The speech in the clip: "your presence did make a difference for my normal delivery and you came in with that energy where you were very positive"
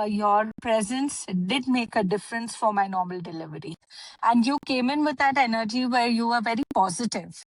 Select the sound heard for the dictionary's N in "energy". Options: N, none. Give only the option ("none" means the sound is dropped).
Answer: N